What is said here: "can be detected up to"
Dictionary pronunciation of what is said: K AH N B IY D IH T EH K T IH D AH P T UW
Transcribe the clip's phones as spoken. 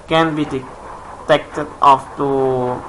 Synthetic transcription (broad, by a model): K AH N B IY D IH T EH K T IH D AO F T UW